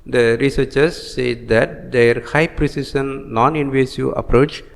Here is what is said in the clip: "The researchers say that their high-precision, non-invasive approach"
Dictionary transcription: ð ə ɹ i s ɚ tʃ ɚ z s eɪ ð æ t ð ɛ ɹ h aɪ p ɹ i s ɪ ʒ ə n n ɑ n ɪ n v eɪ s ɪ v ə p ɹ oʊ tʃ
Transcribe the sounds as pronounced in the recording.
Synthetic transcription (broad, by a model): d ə ɹ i s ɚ tʃ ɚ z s eɪ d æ t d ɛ ɹ h aɪ p ɹ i s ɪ s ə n n ɑ n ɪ n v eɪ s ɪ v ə p ɹ oʊ tʃ